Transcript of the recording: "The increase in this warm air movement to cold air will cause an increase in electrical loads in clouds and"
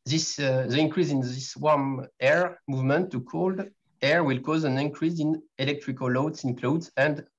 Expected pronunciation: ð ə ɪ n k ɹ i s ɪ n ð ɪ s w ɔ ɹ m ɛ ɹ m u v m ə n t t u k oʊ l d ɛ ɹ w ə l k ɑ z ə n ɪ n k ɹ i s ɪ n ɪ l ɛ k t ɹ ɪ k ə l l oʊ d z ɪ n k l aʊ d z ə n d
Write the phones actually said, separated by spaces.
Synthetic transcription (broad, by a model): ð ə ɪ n k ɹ i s ɪ n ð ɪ s w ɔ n ɛ ɹ m u v m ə n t t u k oʊ l d ɛ ɹ w ə l k ɑ z ə n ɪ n k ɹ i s ɪ n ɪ l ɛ k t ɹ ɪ k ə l l oʊ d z ɪ n k l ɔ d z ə n d